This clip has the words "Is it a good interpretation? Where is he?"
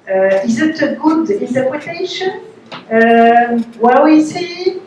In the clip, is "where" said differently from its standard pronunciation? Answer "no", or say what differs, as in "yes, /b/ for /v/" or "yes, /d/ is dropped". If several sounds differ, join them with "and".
yes, /w/ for /ɹ/